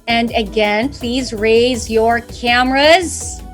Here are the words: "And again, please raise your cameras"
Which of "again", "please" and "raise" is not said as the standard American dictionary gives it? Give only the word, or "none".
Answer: none